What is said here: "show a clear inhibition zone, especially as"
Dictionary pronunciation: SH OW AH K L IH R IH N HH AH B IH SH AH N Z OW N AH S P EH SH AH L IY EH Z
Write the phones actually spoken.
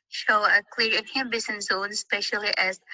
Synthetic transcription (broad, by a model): SH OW AH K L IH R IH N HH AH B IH S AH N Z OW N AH S P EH SH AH L IY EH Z